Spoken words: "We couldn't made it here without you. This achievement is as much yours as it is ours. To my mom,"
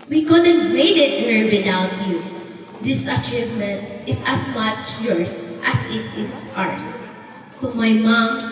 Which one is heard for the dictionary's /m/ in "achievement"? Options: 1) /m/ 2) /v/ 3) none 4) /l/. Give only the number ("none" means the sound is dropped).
1